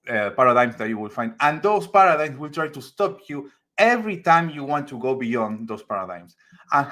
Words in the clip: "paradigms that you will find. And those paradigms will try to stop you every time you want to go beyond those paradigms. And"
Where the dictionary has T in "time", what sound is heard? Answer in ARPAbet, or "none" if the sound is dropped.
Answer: T